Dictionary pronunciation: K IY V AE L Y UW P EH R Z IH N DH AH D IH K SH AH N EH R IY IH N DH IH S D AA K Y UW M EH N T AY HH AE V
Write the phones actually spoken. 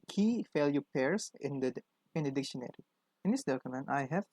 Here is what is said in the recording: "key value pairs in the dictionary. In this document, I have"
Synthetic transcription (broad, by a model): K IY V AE L Y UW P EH R S IH N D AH D IH K SH AH N EH R IY IH N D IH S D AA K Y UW M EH N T AY HH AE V